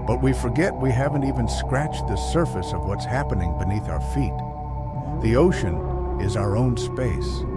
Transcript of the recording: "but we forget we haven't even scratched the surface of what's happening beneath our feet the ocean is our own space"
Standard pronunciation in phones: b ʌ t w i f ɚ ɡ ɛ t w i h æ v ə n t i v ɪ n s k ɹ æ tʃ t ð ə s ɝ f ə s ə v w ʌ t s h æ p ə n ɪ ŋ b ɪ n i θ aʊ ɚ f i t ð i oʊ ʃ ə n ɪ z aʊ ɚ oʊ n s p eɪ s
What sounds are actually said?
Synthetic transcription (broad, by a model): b ʌ t w i f ɚ ɡ ɛ t w i h æ v ə n t i v ɪ n s k ɹ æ tʃ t ð ə s ɝ f ə s ə v w ʌ t s h æ p ə n ɪ ŋ b ɪ n i θ aʊ ɚ f i t ð i oʊ ʃ ə n ɪ z aʊ ɚ oʊ n s p eɪ s